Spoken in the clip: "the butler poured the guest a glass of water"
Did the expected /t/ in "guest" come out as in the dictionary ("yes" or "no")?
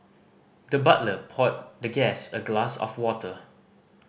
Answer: no